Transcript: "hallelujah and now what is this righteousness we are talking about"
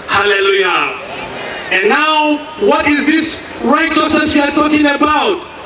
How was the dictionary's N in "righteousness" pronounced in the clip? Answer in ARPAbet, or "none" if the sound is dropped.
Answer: none